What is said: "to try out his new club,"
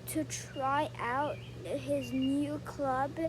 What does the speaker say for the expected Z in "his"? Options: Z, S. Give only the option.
Z